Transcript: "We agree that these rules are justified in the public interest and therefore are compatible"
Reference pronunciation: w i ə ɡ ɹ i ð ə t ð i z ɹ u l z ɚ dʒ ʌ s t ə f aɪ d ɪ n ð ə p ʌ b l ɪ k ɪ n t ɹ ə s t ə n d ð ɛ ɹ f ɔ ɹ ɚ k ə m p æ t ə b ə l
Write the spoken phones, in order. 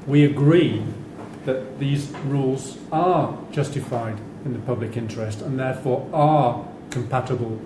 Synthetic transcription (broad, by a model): w i ə ɡ ɹ i ð ə t ð i z ɹ u l z ɚ dʒ ʌ s t ə f aɪ d ɪ n ð ə p ʌ b l ɪ k ɪ n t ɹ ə s t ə n ð ɛ ɹ f ɔ ɹ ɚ k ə m p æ t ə b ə l